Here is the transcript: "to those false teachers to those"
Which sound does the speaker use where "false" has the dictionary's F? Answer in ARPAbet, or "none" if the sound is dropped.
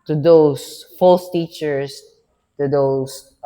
F